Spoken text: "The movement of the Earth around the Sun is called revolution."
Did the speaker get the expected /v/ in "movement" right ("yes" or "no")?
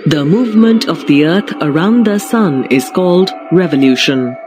yes